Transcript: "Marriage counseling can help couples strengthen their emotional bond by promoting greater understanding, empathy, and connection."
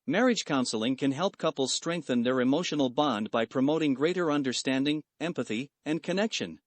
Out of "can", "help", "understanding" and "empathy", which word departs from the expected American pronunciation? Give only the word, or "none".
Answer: none